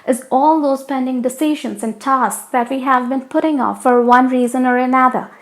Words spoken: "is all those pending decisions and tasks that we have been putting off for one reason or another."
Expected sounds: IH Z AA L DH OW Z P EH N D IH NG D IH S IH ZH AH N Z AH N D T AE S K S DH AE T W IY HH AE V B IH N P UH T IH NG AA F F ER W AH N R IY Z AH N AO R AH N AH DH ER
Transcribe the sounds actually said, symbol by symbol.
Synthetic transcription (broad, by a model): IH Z AA L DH OW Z P EH N D IH NG D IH S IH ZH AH N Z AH N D T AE S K S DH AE T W IY HH AE V B IH N P UH T IH NG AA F F ER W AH N R IY Z AH N AO R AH N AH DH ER